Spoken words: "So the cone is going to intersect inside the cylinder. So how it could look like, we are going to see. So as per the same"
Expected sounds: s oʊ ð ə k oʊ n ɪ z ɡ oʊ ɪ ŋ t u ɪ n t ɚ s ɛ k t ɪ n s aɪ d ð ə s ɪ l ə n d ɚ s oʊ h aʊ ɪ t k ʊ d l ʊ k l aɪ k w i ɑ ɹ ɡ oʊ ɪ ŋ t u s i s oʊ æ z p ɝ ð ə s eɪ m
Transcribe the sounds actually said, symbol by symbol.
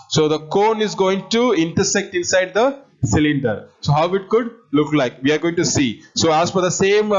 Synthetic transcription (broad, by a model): s oʊ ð ə k oʊ n ɪ z ɡ oʊ ɪ ŋ t u ɪ n t ɚ s ɛ k t ɪ n s aɪ d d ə s ɪ l ə n d ɚ s oʊ h aʊ ɪ t k ʊ d l ʊ k l aɪ k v i ɑ ɹ ɡ oʊ ɪ ŋ t u s i s oʊ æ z f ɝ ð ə s eɪ m